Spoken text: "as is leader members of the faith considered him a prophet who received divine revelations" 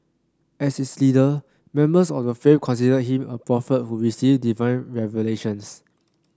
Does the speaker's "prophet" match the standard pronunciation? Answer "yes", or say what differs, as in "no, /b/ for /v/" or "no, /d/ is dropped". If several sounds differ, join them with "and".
yes